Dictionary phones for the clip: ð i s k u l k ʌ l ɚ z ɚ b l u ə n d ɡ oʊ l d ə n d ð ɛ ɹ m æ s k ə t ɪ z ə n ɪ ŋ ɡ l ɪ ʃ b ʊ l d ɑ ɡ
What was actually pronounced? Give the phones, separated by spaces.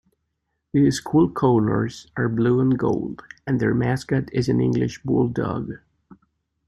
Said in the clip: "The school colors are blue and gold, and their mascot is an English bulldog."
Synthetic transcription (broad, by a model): ð i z k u l k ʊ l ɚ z ɚ b l u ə n ɡ oʊ l d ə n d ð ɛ ɹ m æ s k ə t ɪ z ə n ɪ ŋ ɡ l ɪ ʃ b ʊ l d ɑ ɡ